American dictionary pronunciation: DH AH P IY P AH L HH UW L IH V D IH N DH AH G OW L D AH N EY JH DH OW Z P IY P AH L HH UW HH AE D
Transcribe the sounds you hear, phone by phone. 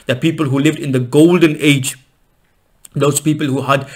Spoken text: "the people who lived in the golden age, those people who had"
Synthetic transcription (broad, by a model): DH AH P IY P AH L HH UW L IH V D IH N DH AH G OW L D AH N EY JH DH OW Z P IY P AH L HH UW HH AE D